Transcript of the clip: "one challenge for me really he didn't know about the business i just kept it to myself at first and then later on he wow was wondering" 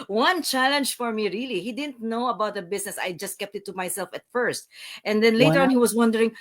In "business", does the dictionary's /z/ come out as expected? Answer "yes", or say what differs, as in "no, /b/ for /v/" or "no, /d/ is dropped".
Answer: no, /s/ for /z/